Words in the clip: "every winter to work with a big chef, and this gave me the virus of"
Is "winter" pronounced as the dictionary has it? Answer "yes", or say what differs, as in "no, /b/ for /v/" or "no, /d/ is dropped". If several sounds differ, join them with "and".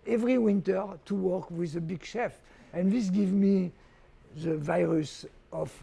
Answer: yes